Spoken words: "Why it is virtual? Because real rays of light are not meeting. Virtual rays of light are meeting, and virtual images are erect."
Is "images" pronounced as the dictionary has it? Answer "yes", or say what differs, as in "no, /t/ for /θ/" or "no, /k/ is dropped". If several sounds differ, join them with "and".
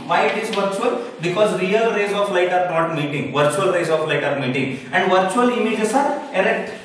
no, /s/ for /z/